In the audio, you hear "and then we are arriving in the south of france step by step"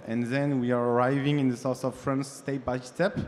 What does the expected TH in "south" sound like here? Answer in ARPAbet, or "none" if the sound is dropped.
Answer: S